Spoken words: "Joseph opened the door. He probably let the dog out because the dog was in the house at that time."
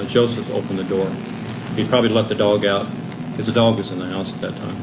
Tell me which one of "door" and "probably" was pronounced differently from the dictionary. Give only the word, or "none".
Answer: none